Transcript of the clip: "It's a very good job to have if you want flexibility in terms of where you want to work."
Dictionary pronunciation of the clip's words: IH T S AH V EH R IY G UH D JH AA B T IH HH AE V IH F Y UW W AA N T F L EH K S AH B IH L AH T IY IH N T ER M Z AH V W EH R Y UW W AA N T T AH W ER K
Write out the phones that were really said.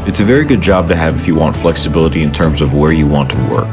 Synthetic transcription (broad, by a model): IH T S AH V EH R IY G UH D JH AA B T IH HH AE V IH F Y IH W AA N T F L EH K S AH B IH L AH T IY IH N T ER M Z AH V W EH R Y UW W AA N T T AH W ER K